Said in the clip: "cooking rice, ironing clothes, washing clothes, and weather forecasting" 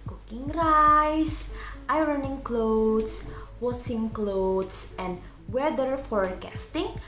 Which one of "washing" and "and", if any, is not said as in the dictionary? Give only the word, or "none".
washing